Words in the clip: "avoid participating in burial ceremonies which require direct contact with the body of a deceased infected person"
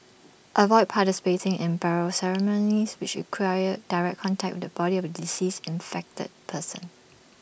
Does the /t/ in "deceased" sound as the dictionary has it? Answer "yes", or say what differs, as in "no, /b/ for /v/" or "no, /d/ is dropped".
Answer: no, /t/ is dropped